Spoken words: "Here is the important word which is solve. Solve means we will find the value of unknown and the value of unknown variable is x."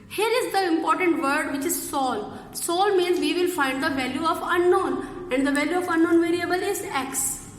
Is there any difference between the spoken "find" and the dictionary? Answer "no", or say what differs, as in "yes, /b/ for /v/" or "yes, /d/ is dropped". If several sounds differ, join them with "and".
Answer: no